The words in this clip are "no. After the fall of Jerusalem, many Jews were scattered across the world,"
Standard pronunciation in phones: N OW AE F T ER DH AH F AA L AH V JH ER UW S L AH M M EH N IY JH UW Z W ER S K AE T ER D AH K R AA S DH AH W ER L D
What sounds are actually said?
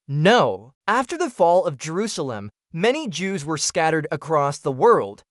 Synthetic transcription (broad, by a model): N OW AE F T ER DH AH F AA L AH V JH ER UW S L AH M M EH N IY JH UW Z W ER S K AE T ER D AH K R AA S DH AH W ER L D